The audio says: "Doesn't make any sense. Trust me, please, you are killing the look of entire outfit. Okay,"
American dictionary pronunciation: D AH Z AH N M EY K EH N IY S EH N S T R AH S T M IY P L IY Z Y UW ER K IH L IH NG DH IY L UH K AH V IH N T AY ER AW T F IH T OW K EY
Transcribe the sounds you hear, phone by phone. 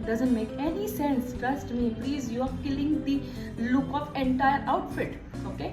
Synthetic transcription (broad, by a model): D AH Z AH N M EY K EH N IY S EH N S T R AH S T M IY P L IY Z Y UW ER K IH L IH NG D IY L UH K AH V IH N T AY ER AW T F IH T OW K EY